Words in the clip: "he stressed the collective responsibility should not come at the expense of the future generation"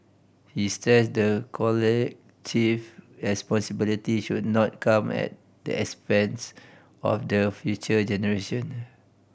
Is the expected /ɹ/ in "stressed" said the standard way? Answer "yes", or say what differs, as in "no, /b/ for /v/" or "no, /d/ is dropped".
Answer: no, /ɹ/ is dropped